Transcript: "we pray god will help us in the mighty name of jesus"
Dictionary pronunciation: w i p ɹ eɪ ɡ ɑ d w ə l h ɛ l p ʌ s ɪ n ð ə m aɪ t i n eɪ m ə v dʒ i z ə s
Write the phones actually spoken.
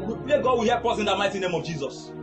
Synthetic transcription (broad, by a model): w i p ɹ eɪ ɡ ɑ d w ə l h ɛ p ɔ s ɪ n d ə m aɪ t i n eɪ m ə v dʒ i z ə s